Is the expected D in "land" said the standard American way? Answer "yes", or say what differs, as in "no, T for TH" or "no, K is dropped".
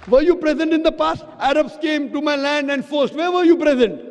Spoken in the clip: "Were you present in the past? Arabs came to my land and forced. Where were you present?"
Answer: yes